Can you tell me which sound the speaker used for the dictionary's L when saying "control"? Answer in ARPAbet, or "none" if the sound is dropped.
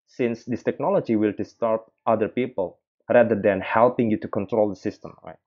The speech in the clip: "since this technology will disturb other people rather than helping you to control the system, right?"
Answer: L